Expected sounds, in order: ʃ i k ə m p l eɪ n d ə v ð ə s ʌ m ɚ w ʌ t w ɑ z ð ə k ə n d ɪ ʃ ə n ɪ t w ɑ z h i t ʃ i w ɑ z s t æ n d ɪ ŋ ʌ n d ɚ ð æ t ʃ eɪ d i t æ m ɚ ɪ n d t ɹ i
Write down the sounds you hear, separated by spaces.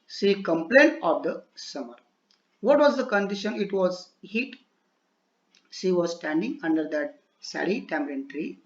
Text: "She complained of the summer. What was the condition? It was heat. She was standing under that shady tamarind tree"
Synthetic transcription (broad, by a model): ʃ i k ə m p l eɪ n d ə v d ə s ʌ m ɚ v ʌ t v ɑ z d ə k ə n d ɪ ʃ ə n ɪ t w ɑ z h i t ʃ i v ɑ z s t æ n d ɪ ŋ ʌ n d ɚ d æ t s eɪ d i t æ m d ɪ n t ɹ i